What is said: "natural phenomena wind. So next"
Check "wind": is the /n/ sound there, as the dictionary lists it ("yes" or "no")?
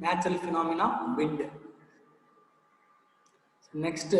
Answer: no